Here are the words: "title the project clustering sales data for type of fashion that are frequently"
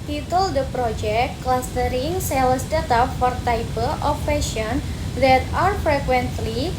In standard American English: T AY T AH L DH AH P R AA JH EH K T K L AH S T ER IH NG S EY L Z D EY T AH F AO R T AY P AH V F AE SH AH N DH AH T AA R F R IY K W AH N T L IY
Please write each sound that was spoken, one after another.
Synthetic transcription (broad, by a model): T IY T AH L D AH P R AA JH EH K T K L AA S T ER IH NG S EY L S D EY T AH F AO R T AY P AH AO F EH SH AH N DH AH T AA R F R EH K W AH N T L IY